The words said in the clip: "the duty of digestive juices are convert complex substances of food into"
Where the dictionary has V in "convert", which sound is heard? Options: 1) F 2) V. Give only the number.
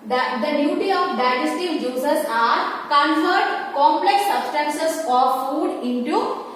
1